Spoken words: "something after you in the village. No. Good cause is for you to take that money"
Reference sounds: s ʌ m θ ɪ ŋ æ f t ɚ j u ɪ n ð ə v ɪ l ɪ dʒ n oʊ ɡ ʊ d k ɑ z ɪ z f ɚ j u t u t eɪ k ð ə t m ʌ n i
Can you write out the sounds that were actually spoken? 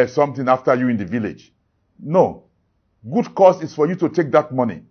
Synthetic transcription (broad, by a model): s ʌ m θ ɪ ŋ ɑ f t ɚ j u ɪ n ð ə v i l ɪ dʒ n oʊ ɡ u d k ɑ s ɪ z f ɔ j u t u t eɪ k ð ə t m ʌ n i